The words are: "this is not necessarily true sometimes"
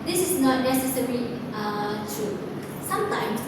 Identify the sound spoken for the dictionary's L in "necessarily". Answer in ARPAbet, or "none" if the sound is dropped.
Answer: none